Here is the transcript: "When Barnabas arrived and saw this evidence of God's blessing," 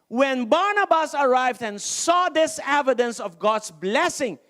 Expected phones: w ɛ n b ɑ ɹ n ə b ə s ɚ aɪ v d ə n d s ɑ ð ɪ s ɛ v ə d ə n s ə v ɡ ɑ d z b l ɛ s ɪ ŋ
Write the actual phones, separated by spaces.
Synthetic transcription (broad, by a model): w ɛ n b ɑ ɹ n ə b ə s ɚ aɪ v d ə n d s ɑ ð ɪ s ɛ v ə d ə n s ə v ɡ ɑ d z b l ɛ s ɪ ŋ